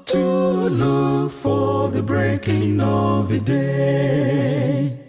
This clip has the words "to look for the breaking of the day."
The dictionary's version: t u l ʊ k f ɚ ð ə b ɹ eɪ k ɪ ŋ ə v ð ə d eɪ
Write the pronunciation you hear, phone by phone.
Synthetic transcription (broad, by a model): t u l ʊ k f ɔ ð ə b ɹ eɪ k ɪ ŋ ə v ð ə d eɪ